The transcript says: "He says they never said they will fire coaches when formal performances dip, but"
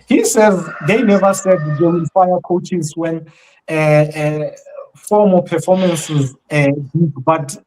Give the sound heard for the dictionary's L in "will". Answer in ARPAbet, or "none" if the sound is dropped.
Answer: N